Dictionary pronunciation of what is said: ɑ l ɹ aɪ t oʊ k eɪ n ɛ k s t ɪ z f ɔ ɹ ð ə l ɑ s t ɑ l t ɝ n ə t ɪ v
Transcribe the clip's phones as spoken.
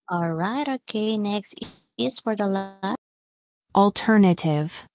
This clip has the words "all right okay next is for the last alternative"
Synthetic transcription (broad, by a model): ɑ l ɹ aɪ t oʊ k eɪ n ɛ k s t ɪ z f ɔ ɹ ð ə l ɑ t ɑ l t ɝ n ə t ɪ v